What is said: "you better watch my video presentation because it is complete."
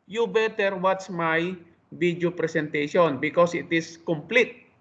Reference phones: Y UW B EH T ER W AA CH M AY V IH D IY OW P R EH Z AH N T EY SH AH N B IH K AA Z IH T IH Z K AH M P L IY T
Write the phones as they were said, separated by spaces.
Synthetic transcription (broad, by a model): Y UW B EH T ER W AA S M AY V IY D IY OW P R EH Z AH N T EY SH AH N B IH K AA S IH T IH S K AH M P L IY T